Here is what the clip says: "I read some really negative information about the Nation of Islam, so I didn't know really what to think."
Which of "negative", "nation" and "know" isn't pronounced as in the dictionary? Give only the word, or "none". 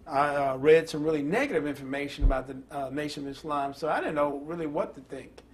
none